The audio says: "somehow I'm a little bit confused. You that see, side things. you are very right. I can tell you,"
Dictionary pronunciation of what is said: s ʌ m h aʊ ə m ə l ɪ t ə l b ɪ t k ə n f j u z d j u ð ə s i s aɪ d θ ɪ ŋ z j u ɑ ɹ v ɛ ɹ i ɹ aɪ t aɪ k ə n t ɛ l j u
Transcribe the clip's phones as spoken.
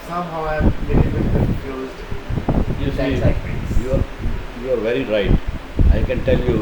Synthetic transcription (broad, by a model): s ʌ m h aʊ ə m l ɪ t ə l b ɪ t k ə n j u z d j u s i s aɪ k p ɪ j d j u ɑ ɹ v ɛ ɹ i ɹ aɪ t aɪ k ə n t ɛ l j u